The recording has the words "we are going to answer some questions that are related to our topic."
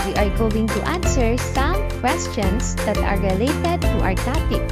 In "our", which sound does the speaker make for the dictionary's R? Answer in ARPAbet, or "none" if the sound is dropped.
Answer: R